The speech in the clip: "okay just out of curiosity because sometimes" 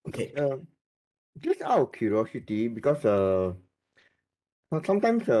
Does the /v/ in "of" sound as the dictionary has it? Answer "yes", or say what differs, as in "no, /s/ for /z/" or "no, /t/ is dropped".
no, /w/ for /v/